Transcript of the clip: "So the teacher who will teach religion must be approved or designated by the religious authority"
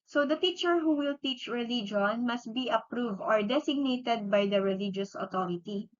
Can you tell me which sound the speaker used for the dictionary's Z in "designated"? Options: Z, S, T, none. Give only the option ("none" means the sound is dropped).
S